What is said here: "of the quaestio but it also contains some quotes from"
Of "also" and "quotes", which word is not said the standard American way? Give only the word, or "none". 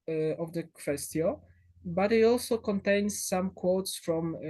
none